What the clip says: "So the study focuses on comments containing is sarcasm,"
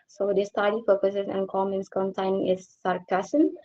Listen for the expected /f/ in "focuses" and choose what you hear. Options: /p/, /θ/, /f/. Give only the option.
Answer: /p/